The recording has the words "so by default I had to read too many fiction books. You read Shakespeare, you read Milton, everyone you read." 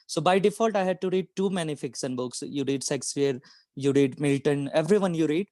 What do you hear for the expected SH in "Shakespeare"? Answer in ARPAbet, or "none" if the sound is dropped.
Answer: S